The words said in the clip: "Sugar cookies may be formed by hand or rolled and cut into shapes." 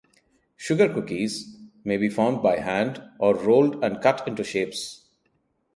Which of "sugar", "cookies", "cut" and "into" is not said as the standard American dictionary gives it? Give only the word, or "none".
none